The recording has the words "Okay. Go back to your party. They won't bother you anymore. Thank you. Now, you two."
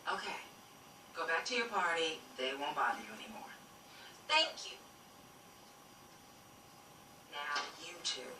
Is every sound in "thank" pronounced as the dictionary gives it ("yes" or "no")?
yes